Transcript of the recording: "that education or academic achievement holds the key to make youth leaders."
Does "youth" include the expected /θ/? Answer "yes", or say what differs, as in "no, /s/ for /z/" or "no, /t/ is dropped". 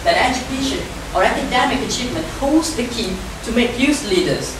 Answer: no, /s/ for /θ/